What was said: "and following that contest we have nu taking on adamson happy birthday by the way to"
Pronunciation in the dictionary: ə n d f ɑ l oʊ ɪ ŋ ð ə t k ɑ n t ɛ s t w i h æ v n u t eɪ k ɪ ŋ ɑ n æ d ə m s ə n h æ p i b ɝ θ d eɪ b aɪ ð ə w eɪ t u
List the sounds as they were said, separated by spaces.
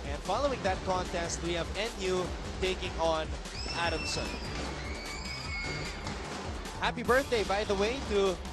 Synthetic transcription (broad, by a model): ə n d f ɑ l oʊ ɪ ŋ ð ə t k ɑ n t ɛ s t w i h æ v n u t eɪ k ɪ ŋ ɑ n æ d ə m s ə n h æ p i b ɝ θ d eɪ b aɪ ð ə w eɪ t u